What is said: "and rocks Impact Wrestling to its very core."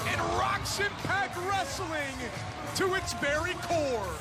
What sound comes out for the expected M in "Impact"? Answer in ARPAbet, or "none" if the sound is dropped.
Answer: none